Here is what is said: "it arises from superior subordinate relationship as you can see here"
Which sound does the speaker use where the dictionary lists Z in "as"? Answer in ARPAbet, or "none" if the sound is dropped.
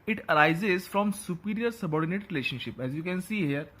Z